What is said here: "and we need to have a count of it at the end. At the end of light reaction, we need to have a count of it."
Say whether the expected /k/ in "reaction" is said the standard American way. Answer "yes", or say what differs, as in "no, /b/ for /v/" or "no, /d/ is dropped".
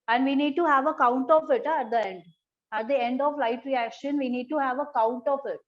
yes